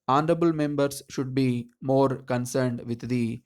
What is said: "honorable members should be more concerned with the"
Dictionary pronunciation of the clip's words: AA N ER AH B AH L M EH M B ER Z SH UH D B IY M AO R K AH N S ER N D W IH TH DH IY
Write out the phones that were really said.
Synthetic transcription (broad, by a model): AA N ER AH B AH L M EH M B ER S SH UH D B IY M AO R K AH N S ER N D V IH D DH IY